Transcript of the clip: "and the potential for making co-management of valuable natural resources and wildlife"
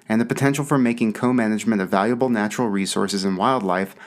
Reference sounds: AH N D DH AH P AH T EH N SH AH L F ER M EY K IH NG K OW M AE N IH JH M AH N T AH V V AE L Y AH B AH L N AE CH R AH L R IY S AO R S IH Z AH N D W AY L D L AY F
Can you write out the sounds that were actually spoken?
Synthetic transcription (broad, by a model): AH N DH AH P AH T EH N SH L F ER M EY K IH NG K OW M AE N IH JH M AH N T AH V V AE L Y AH B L N AE CH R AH L R IY S AO R S IH Z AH N W AY L D L AY F